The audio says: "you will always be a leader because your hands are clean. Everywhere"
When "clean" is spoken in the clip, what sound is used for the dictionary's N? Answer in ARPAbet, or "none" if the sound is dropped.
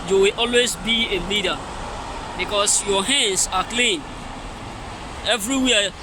N